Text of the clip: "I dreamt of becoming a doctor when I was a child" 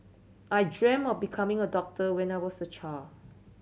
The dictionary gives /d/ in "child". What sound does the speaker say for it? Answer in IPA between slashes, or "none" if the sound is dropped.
none